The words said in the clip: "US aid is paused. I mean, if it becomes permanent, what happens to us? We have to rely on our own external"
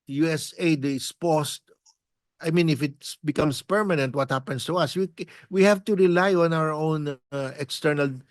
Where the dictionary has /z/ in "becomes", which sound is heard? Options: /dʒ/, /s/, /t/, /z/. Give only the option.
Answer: /s/